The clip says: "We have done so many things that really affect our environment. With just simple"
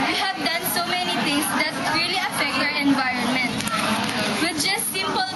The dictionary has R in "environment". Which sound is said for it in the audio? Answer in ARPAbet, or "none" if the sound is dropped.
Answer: R